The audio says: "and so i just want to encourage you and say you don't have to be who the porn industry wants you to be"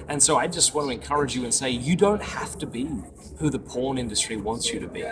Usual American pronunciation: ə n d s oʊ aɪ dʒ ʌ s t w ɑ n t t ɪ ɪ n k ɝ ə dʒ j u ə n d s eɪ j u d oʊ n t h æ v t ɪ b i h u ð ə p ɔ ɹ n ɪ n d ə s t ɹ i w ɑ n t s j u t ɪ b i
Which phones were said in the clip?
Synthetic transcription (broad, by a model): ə n s oʊ aɪ dʒ ʌ s t w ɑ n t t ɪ ɪ n k ɝ ə dʒ j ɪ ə n s eɪ j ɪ d oʊ n t h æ f t ɪ b i h u ð ə p ɔ ɹ n ɪ n d ə s t ɹ i w ɑ n t s j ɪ t ɪ b i